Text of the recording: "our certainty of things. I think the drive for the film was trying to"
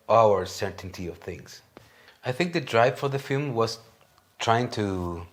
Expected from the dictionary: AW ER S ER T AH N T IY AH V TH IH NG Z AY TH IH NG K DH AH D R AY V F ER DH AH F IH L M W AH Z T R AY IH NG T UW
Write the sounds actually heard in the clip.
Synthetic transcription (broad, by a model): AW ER S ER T N T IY AH V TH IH NG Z AY TH IH NG K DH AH D R AY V F ER DH AH F IH L M W AH Z T R AY IH NG T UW